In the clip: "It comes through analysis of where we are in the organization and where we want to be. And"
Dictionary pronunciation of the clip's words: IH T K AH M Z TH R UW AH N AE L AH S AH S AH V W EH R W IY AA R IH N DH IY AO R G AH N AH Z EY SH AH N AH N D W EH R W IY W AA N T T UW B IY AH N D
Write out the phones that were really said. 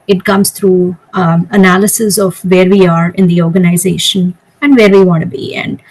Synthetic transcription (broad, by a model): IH T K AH M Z T R UW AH N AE L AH S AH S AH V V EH R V IY AA R IH N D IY AO R G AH N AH Z EY SH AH N AH N D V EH R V IY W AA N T T UW B IY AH N D